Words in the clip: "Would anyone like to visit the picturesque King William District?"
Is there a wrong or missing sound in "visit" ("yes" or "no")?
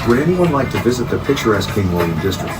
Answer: no